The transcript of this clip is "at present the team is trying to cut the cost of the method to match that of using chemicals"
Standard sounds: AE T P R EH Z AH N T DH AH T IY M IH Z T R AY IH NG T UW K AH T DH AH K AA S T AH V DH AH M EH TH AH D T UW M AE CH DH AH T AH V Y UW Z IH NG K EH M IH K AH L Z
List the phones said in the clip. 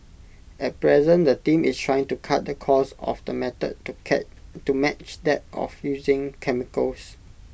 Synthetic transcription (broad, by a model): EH T P R EH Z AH N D AH T IY M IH S T R AY IH NG T UW K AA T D AH K AA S AH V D AH M EH T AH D T UW M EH CH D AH T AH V Y UW Z IH NG K EH M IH K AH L S